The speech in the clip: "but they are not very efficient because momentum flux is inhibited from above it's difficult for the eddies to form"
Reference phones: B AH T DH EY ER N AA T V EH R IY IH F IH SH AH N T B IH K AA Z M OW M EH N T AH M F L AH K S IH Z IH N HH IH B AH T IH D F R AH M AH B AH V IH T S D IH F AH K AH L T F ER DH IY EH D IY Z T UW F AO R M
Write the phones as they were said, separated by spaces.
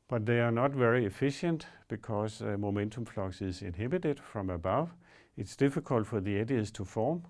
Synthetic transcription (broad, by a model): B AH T DH EY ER N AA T V EH R IY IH F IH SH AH N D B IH K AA S M OW M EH N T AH M F L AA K S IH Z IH N HH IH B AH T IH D F R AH M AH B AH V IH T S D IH F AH K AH L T F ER DH IY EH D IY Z T UW F AO M